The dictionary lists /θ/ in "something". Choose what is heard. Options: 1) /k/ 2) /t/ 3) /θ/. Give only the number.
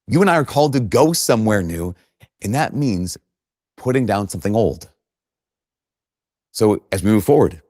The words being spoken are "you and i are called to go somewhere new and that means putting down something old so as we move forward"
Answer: 3